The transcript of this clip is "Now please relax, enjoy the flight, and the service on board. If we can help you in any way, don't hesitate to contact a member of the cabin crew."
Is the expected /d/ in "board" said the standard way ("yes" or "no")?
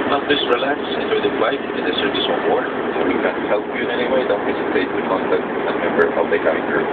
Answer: no